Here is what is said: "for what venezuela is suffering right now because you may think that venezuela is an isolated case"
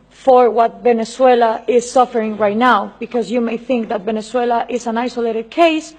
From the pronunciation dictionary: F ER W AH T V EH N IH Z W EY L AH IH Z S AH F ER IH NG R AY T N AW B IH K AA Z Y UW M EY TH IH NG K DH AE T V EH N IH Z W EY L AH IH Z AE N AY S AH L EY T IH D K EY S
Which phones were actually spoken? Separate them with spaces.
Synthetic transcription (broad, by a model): F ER W AH T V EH N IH S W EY L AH IH Z S AH F ER IH NG R AY T N AW B IH K AA Z Y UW M EY TH IH NG K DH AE T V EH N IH S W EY L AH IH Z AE N AY S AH L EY T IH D K EY S